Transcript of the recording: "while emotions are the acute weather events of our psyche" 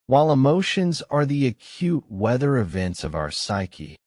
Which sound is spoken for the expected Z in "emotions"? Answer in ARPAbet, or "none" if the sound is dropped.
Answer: Z